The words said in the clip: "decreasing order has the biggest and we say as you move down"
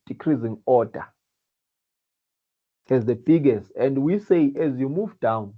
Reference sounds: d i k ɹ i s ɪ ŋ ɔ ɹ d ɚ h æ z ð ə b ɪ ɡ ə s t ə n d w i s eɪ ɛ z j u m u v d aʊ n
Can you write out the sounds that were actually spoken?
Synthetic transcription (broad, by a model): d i k ɹ i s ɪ ŋ ɔ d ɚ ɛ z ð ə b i ɡ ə s t ə n d w i s eɪ ɛ z j u m u v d aʊ n